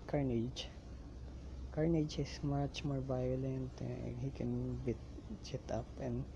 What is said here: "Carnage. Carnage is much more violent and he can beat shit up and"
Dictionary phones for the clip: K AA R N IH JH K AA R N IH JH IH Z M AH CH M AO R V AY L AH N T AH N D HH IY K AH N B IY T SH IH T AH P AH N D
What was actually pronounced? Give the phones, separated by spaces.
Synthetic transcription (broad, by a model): K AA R N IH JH K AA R N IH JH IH S M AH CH M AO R B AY L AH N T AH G HH IY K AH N B IY T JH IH T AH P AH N